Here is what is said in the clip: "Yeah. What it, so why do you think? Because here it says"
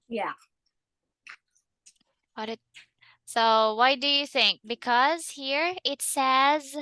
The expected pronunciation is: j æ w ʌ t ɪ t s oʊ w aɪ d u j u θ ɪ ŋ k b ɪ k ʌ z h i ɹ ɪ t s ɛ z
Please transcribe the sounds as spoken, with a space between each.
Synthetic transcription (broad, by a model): j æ w ʌ t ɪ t s oʊ w aɪ d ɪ j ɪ θ ɪ ŋ k b ɪ k ʌ z h i ɹ ɪ t s ɛ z